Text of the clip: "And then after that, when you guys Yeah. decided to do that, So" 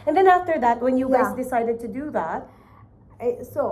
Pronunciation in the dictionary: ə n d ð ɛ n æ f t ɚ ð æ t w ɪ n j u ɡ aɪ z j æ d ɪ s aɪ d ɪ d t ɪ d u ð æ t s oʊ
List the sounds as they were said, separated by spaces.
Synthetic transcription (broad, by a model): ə n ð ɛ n æ f t ɚ ð æ t w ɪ n j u ɡ aɪ z d ɪ s aɪ d ɪ d t ɪ d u ð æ t s oʊ